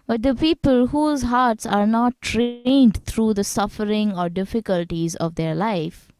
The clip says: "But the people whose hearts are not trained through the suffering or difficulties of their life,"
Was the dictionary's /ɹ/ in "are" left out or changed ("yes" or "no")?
no